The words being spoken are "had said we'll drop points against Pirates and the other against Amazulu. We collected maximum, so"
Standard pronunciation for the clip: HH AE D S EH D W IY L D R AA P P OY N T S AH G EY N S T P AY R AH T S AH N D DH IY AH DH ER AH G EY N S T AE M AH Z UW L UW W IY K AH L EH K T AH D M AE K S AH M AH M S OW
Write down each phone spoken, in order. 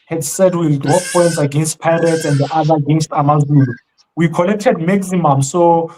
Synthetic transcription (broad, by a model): HH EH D S EH D W IY L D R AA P P OY N T S AH G EY N S T P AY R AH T AH N D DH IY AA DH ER AH G EY N S T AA M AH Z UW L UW W IY K AH L EH K T AH D M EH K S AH M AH M S OW